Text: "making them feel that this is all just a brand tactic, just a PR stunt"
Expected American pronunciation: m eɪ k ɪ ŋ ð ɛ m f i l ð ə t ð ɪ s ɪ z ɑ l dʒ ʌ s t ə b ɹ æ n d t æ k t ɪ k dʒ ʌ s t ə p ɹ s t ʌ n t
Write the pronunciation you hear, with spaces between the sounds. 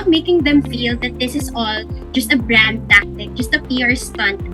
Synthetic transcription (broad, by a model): m eɪ k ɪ ŋ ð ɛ m f i l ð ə t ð ɪ s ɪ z ɑ l dʒ ʌ s t ə b ɹ æ n d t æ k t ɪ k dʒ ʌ s t ə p ɹ s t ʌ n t